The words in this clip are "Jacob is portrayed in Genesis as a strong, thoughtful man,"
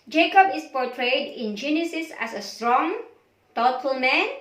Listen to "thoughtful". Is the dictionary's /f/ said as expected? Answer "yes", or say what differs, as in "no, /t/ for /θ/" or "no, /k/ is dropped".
no, /f/ is dropped